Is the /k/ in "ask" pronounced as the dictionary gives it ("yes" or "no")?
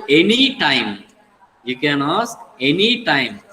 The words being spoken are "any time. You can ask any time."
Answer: no